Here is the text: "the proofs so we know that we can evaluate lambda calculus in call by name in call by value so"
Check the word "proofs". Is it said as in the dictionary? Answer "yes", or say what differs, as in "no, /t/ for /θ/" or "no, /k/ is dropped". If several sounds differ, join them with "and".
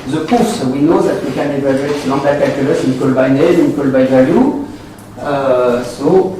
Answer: no, /ɹ/ is dropped